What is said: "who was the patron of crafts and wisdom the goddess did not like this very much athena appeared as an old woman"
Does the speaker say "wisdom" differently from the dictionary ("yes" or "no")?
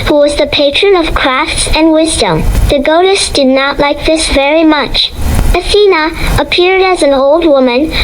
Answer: no